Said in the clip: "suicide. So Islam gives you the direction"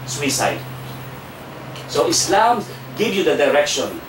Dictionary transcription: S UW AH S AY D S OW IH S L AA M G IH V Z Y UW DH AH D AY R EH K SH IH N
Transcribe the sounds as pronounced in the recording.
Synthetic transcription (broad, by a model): S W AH S AY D S OW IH S L AA M G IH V Y UW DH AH D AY R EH K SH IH N